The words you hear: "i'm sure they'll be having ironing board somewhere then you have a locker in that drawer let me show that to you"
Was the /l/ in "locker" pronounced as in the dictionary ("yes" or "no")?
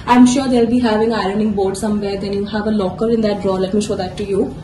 yes